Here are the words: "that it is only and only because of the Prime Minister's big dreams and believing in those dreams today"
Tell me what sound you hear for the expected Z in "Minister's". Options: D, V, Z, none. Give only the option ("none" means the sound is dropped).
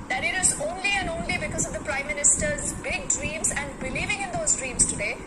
Z